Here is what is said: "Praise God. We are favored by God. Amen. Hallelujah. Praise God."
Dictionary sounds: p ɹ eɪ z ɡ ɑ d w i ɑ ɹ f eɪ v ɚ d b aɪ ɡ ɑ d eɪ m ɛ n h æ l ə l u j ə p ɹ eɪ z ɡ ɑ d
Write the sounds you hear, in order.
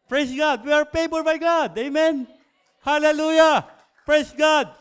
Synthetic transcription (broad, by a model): p ɹ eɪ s ɡ ɑ d w i ɑ ɹ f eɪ b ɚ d b aɪ ɡ ɑ d eɪ m ɛ n h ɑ l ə l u j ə p ɹ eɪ s ɡ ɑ d